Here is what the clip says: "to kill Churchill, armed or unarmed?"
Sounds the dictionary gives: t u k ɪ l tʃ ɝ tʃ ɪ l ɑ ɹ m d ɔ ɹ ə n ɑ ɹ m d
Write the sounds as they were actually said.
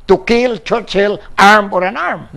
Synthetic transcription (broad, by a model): t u k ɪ l tʃ ɝ tʃ ɪ l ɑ ɹ m ɔ ɹ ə n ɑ ɹ m